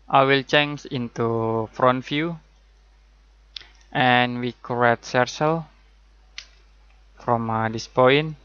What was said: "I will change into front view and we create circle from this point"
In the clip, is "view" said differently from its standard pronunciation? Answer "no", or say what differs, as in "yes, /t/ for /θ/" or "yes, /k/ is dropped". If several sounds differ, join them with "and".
yes, /f/ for /v/